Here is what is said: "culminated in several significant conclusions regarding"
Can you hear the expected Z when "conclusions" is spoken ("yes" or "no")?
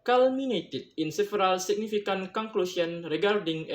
no